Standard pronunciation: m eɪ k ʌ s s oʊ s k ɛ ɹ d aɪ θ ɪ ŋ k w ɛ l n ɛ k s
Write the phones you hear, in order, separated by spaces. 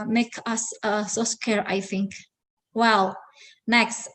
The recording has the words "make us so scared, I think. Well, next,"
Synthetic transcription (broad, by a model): m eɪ k ʌ s s oʊ s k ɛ ɹ aɪ θ ɪ ŋ k w ɛ l n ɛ k s